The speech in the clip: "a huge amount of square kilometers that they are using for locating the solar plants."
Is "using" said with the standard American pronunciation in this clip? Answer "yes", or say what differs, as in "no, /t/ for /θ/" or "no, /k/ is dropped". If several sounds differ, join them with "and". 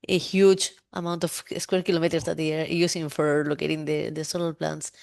no, /s/ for /z/